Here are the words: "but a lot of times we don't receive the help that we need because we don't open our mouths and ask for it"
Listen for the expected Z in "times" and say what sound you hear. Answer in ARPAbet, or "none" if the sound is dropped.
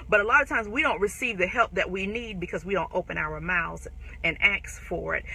Z